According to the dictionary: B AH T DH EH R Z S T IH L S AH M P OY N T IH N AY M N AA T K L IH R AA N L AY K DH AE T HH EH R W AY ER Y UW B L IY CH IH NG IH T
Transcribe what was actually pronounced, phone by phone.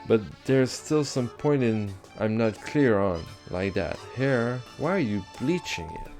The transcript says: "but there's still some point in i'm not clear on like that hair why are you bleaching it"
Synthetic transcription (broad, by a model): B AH T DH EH R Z S T IH L S AH M P OY N T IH N AY M N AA T K L IH R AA N L AY K DH AE T HH EH R W AY ER Y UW B L IY CH IH NG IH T